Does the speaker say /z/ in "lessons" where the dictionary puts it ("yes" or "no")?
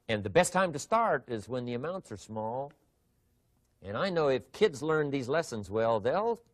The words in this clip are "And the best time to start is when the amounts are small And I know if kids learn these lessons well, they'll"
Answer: yes